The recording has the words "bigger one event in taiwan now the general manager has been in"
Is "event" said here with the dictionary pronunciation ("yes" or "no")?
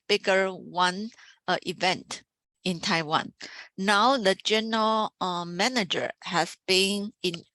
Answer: yes